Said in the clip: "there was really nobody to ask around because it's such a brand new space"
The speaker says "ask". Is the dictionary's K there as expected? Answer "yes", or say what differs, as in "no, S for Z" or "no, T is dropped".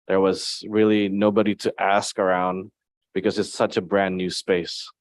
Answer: yes